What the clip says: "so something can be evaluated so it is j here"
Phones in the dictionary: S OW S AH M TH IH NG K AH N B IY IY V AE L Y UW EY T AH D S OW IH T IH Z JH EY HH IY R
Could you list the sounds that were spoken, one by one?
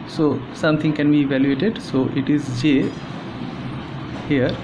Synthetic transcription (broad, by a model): S OW S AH M T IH NG K AH N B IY IY V AE L Y UW EY T AH D S OW IH T IH Z JH EY HH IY R